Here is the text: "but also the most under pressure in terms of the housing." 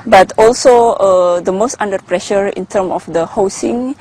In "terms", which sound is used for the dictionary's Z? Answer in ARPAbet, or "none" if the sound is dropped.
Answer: none